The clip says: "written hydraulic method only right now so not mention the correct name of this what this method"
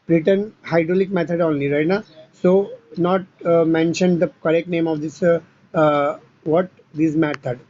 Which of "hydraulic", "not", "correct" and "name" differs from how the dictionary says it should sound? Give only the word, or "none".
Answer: none